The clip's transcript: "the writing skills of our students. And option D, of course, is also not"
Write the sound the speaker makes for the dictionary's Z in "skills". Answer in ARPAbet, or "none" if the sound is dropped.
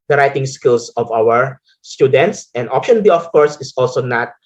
S